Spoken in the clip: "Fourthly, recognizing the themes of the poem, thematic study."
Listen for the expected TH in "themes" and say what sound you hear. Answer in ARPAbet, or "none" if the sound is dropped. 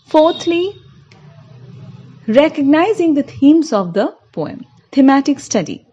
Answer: T